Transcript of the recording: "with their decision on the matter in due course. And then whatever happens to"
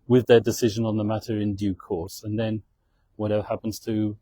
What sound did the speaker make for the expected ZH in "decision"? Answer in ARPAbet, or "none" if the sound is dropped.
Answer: ZH